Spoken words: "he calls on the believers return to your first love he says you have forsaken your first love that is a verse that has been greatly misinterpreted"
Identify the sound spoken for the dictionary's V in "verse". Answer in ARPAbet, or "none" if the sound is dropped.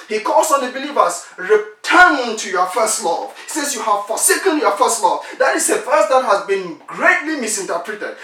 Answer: F